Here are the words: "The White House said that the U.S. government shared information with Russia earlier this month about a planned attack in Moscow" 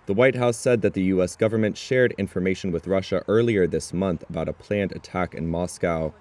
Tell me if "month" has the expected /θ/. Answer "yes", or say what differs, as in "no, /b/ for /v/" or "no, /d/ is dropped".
yes